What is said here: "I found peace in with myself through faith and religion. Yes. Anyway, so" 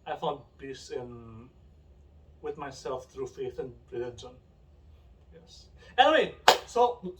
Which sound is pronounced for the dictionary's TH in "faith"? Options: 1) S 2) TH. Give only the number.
2